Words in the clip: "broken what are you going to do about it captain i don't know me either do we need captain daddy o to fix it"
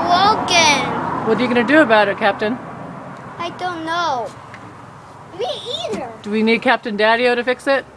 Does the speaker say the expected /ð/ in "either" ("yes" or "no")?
no